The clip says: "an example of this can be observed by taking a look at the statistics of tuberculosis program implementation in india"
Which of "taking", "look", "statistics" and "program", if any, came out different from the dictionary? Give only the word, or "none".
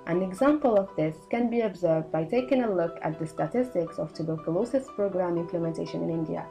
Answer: none